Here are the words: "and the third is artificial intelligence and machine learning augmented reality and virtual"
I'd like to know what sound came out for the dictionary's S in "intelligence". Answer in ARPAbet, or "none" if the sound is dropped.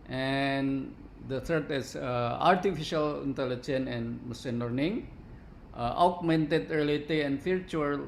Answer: none